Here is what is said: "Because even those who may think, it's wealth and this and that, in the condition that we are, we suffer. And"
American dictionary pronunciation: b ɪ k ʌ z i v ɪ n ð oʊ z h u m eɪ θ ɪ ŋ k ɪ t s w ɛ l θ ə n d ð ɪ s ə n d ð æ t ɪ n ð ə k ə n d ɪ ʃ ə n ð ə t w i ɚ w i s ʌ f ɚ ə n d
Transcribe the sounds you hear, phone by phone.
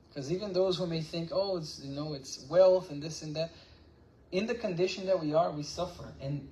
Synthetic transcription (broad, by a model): k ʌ z i v ɪ n ð oʊ z h u m eɪ θ ɪ ŋ k ɪ t s w ɛ l θ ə n ð ɪ s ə n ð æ t ɪ n ð ə k ə n d ɪ ʃ ə n ð ə t w i ɚ w i s ʌ f ɚ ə n